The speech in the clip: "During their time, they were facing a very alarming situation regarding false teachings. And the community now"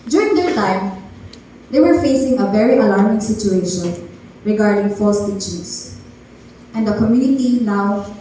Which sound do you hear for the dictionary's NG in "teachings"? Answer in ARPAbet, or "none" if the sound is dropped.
none